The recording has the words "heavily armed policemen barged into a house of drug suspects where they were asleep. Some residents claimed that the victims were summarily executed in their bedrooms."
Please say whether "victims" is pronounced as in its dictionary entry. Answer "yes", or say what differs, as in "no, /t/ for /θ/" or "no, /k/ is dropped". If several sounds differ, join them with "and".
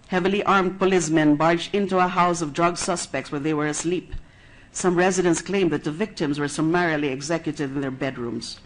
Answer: yes